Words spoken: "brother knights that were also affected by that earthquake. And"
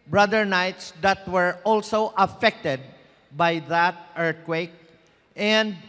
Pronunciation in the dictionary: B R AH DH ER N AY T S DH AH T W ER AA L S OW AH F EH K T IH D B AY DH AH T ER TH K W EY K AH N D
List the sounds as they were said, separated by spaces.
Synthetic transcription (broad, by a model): B R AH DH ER N AY T S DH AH T W ER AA L S OW AH F EH K T IH D B AY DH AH T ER T K W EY K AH N D